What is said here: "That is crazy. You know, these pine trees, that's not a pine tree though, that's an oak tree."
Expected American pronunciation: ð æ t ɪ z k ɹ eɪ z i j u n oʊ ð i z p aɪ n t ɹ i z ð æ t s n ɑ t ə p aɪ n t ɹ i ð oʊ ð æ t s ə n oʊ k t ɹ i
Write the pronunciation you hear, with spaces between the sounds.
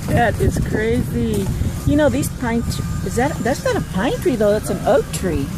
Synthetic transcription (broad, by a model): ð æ t ɪ s k ɹ eɪ z i j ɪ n oʊ ð i z p aɪ n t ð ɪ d ð æ t s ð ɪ t ə p aɪ n t ɹ i ð oʊ ð æ t s ə n oʊ k t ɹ i